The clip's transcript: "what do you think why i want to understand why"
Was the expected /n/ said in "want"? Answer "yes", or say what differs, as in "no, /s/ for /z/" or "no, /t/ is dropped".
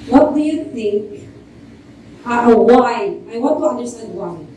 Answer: no, /n/ is dropped